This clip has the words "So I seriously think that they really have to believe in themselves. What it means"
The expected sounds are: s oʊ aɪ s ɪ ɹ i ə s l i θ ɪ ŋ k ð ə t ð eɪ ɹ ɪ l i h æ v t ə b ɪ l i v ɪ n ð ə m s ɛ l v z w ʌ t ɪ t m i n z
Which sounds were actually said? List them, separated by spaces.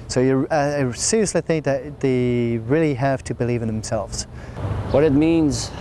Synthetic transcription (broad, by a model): s oʊ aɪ s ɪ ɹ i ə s l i θ ɪ ŋ k ð ə t ð eɪ ɹ ɪ l i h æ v t ə b ɪ l i v ɪ n ð ə m s ɛ l v z w ʌ t ɪ t m i n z